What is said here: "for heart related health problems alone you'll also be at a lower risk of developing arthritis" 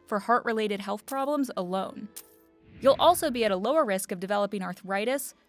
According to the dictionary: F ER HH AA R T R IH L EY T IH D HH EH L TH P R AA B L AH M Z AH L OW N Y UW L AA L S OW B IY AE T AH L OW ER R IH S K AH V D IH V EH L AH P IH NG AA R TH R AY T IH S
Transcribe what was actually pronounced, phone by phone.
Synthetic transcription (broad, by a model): F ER HH AA R T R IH L EY T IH D HH EH L TH P R AA B L AH M Z AH L OW N Y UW L AA L S OW B IY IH T AH L OW ER R IH S K AH V D IH V EH L AH P IH NG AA R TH R AY T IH S